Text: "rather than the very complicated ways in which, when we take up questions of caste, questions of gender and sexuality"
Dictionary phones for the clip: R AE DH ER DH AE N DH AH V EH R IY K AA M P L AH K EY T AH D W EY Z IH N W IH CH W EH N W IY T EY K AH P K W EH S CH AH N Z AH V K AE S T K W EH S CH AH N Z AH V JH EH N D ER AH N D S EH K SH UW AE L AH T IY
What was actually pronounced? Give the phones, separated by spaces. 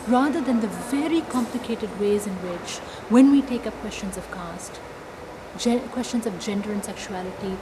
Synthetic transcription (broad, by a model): R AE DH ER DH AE N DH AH V EH R IY K AA M P L AH K EY T AH D W EY Z IH N W IH CH W EH N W IY T EY K AH P K W EH S CH AH N Z AH V K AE S T K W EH S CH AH N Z AH V JH EH N D ER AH N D S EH K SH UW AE L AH T IY